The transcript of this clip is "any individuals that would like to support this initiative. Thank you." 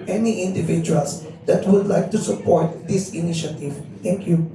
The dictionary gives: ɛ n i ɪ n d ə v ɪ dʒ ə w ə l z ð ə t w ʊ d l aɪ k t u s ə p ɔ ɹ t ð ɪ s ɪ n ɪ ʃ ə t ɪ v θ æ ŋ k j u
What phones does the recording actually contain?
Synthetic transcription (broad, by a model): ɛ n i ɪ n d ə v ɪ dʒ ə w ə l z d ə t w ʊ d l aɪ k t u s ə p ɔ ɹ t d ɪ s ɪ n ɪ ʃ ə t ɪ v t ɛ ŋ k j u